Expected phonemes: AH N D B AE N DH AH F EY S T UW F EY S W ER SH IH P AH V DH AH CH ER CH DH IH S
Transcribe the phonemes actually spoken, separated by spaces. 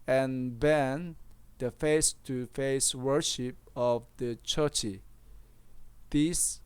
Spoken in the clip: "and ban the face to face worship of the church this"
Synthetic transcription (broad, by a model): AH N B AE N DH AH F EY S T UW F EY S W ER SH IH P AH V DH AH CH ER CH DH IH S